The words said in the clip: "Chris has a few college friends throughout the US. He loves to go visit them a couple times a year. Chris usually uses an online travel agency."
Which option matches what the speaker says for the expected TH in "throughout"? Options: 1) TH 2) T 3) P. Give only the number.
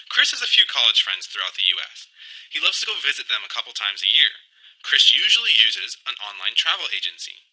1